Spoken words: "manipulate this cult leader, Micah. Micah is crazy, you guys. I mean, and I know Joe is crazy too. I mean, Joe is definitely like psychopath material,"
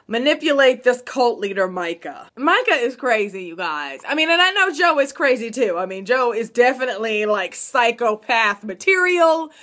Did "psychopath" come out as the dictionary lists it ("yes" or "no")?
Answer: yes